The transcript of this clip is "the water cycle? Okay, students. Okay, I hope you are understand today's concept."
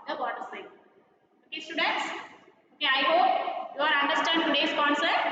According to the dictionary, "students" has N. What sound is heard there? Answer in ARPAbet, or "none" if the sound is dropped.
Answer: N